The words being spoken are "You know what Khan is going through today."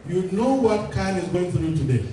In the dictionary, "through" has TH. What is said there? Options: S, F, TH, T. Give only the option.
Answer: F